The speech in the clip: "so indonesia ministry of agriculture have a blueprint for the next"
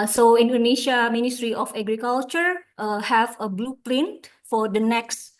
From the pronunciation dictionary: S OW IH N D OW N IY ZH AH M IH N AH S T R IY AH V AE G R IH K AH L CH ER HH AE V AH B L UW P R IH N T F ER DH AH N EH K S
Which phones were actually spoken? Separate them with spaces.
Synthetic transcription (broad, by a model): S OW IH N D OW N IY SH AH M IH N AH S T R IY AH F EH G R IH K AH L CH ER HH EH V AH B L UW P L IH N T F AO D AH N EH K S